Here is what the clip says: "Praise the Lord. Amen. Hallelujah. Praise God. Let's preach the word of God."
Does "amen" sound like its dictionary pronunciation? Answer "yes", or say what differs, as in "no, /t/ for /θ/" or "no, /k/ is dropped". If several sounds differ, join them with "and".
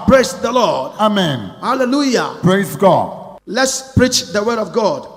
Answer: yes